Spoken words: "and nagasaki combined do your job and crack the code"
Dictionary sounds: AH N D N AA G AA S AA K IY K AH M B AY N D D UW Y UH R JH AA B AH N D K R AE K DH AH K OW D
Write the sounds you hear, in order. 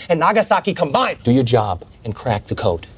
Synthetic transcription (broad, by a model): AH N N AA G AA S AA K IY K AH M B AY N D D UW Y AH R JH AA B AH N K R AE K DH AH K OW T